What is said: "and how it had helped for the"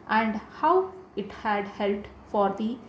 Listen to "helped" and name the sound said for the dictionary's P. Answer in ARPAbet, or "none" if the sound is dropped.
none